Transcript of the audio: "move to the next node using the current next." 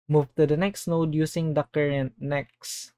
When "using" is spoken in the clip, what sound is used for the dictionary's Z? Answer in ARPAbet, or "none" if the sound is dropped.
S